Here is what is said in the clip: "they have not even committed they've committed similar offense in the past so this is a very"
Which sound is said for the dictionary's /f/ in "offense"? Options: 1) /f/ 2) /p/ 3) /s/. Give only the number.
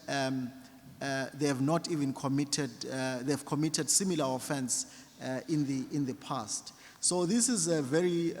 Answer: 1